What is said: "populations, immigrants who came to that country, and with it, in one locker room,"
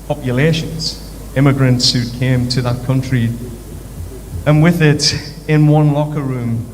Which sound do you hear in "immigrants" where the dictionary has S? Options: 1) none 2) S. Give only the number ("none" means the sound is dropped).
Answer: 2